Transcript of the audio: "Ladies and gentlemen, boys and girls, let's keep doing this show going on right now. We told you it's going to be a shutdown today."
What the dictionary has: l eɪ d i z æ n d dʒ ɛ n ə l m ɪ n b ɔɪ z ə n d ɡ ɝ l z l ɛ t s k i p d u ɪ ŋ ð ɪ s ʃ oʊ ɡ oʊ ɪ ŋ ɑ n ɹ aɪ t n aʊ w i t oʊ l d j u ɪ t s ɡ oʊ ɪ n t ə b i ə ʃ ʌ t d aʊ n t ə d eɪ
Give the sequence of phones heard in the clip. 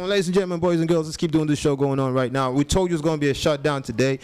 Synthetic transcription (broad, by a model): l eɪ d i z n dʒ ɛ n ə m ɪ n b ɔɪ z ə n ɡ ɝ l z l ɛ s k i p d u ɪ ŋ ð ɪ s ʃ oʊ ɡ oʊ ɪ ŋ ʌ n ɹ aɪ t n aʊ w i t oʊ l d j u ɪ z ɡ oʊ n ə b i ə ʃ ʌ t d aʊ n t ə d eɪ